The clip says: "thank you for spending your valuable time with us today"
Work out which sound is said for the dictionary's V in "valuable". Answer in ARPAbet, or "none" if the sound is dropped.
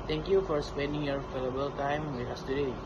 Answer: F